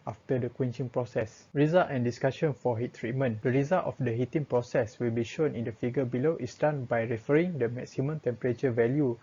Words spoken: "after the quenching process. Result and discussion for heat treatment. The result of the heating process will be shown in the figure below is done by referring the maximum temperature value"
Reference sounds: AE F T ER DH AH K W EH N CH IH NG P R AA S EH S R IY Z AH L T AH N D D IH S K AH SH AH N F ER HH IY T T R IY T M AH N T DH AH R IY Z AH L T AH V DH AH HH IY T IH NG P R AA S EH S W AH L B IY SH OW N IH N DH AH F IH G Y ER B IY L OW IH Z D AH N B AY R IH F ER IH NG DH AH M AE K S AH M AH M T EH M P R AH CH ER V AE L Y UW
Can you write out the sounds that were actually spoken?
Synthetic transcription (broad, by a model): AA F T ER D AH K W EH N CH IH NG P R AA S EH S R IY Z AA L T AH N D D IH S K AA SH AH N F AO HH IY T T R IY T M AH N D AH R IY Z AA L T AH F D AH HH IY T IH NG P R AA S EH S W AH L B IY SH OW N IH N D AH F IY G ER B IY L OW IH S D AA N B AY R IH F ER IH NG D AH M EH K S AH M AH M T EH M P R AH CH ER V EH L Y UW